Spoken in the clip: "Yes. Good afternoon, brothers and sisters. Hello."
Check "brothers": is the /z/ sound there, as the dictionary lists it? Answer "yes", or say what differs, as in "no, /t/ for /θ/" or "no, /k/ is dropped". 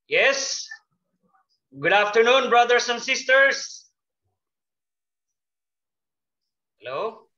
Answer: no, /s/ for /z/